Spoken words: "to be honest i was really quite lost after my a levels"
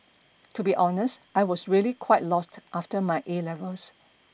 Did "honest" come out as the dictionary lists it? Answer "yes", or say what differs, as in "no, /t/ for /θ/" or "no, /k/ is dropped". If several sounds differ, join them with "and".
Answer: yes